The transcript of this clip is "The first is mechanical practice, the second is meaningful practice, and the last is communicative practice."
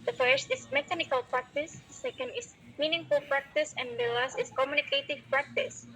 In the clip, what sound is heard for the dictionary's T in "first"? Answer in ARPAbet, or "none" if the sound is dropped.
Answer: T